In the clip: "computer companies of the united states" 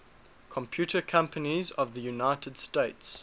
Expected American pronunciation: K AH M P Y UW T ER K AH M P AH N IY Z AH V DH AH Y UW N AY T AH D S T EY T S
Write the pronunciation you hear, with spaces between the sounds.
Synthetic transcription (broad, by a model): K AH M P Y UW T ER K AH M P AH N IY Z AH V DH AH Y UW N AY T AH D S T EY T S